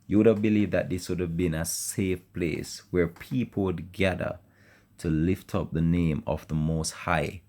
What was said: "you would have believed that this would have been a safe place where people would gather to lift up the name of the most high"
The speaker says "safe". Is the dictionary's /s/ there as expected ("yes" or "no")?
yes